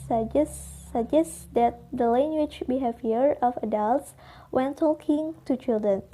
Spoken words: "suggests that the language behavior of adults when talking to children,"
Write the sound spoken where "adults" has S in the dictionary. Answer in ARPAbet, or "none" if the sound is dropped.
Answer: S